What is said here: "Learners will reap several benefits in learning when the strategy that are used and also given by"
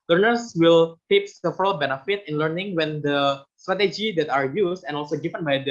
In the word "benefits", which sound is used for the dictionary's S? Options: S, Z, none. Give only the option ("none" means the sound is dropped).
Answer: none